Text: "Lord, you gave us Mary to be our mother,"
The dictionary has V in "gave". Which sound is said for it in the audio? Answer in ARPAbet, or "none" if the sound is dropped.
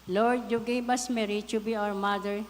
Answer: B